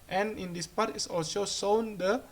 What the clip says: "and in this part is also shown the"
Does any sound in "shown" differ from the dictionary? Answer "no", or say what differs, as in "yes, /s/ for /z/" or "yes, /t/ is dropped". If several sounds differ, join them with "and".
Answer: yes, /s/ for /ʃ/